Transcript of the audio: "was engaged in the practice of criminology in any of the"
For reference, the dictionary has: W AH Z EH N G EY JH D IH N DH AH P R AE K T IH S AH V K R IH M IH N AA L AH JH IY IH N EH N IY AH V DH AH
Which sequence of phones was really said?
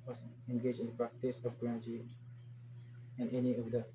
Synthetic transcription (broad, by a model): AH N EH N G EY JH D IH N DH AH P R AE K T IH S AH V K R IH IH AA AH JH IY IH N EH N IY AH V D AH